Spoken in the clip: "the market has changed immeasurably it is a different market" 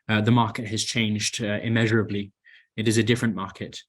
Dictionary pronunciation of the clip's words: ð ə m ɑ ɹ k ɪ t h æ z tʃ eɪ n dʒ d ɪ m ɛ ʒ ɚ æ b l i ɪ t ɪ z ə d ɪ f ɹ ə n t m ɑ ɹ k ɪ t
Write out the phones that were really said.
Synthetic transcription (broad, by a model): ð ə m ɑ ɹ k ɪ t h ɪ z tʃ eɪ n dʒ d ɪ m ɛ ʒ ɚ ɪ b l i ɪ t ɪ z ə d ɪ f ɹ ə n m ɑ ɹ k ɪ t